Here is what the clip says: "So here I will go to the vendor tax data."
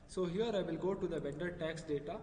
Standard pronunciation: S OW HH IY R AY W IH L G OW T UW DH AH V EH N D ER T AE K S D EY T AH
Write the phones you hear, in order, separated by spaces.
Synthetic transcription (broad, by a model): S OW HH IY R AY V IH L G OW T UW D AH B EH N D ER T AE K S D EY T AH